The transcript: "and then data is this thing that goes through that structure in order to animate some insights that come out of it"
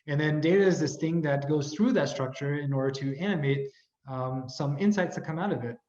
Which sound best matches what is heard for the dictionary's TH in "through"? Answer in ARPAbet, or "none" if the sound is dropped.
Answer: TH